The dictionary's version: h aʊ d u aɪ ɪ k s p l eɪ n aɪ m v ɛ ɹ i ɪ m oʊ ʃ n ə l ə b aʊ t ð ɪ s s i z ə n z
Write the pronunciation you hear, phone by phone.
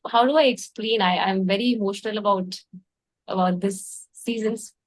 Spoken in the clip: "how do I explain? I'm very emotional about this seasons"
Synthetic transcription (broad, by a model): h aʊ d u aɪ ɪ k s p l eɪ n aɪ m v ɛ ɹ i ɪ m oʊ ʃ n ə l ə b aʊ t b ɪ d s i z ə n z